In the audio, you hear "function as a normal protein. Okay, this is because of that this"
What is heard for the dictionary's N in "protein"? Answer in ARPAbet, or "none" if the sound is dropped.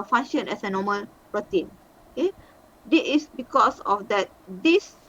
N